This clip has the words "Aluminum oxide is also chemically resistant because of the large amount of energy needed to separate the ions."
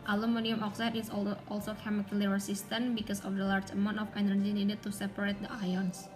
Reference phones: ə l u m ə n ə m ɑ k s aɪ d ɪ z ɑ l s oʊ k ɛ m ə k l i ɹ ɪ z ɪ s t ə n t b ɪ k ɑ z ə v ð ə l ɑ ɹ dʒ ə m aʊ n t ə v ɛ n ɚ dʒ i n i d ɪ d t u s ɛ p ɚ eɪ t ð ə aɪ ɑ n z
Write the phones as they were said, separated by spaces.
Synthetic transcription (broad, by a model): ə l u m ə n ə m ɑ k s aɪ d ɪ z ɑ l s oʊ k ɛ m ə k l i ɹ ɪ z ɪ s t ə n b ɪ k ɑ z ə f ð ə l ɑ ɹ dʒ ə m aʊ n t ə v ɛ n ɚ dʒ i n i d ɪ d t u s ɛ p ɚ eɪ t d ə aɪ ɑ n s